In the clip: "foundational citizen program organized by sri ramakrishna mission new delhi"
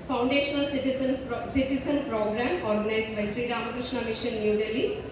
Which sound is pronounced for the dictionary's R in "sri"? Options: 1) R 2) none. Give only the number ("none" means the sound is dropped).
1